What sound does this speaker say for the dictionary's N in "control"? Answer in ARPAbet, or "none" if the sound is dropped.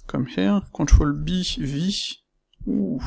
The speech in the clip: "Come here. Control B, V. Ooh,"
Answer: none